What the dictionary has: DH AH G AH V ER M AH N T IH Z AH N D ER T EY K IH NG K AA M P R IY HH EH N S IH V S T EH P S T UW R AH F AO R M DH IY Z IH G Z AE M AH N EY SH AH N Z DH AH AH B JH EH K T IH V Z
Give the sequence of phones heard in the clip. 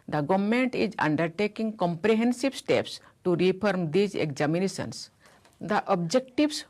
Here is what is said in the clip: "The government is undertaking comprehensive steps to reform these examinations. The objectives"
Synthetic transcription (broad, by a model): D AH G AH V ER M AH N T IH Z AH N D ER T EY K IH NG K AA M P R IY HH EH N S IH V S T EH P S T UW R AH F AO R M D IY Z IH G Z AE M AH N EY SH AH N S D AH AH B JH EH K T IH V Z